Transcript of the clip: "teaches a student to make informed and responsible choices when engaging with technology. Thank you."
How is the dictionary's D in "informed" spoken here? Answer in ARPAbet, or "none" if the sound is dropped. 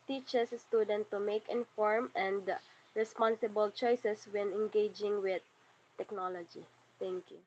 none